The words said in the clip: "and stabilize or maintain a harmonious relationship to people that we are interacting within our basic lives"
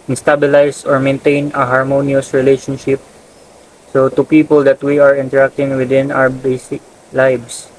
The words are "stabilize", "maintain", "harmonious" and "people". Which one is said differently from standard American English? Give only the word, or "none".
stabilize